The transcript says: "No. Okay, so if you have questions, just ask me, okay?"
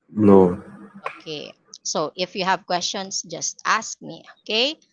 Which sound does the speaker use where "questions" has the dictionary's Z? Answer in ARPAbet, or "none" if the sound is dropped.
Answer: S